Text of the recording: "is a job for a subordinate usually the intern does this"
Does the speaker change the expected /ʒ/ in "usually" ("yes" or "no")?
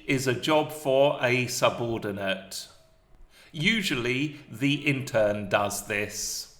no